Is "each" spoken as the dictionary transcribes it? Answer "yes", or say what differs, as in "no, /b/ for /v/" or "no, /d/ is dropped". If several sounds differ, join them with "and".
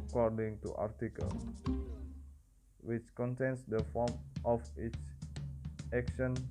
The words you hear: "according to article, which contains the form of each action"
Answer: no, /s/ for /tʃ/